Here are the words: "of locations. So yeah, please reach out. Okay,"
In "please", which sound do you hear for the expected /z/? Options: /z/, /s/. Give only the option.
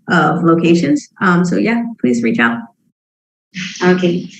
/z/